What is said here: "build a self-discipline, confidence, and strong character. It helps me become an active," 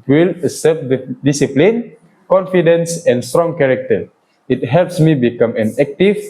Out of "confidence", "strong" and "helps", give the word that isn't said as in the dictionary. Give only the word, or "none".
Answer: none